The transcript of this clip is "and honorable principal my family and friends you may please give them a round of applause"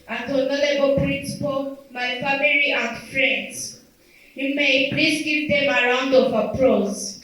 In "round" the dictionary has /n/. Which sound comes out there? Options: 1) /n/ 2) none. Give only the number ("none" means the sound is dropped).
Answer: 1